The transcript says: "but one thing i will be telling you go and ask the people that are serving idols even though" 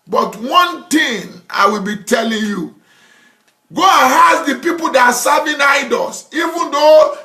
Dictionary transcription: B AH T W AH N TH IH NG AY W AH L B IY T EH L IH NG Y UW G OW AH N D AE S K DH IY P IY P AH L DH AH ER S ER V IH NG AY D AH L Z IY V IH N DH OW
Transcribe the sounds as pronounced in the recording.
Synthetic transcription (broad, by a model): B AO T W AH N T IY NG AY W AH L B IY T EH L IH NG Y UW G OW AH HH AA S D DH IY P IY P AH L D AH S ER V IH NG AY D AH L S IY V IH N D OW